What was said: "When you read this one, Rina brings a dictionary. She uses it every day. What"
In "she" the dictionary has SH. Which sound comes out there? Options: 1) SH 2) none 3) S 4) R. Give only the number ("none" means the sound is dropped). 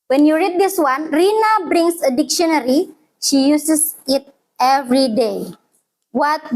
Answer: 1